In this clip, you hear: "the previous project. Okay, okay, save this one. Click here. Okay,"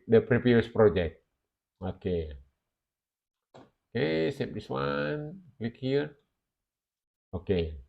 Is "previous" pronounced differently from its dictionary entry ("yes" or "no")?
yes